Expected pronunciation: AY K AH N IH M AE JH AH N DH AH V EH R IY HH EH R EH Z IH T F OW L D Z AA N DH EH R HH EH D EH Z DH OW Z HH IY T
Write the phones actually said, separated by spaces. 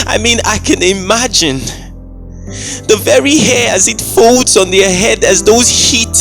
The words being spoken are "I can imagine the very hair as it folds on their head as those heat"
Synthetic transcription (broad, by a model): AY K AH N IH M AE JH AH N DH AH V EH R IY HH EH R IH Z IH T F OW L D Z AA N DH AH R HH EH D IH Z DH OW Z HH IY T